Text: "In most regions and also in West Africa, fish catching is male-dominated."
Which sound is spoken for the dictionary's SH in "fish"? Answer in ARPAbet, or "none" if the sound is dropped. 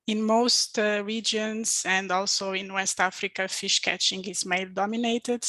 SH